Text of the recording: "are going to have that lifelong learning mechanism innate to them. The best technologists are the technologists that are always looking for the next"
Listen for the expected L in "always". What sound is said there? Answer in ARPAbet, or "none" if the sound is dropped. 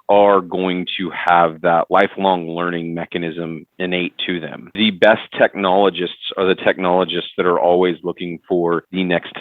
L